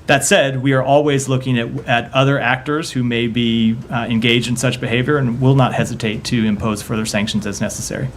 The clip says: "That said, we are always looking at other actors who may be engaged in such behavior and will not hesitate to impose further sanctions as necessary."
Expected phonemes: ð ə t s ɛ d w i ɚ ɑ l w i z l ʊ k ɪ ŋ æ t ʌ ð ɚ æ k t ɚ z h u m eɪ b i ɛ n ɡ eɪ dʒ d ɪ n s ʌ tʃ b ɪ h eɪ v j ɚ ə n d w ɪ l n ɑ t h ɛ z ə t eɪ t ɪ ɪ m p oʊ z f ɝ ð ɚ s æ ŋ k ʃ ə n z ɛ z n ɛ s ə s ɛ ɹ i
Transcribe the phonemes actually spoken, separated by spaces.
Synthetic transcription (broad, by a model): ð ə t s ɛ d w i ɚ ɑ l w i z l ʊ k ɪ ŋ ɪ t ʌ ð ɚ æ k t ɚ z h u m eɪ b i ɛ n ɡ eɪ dʒ d ɪ n s ʌ tʃ b ɪ h eɪ v j ɚ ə n w ɪ l n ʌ t h ɛ z ə t eɪ t ɪ ɪ m p oʊ z f ɝ ð ɚ s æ ŋ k ʃ n z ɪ z n ɛ s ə s ɛ ɹ i